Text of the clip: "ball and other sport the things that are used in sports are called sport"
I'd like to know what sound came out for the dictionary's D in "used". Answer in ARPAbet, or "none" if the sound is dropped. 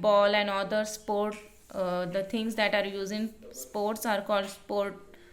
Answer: none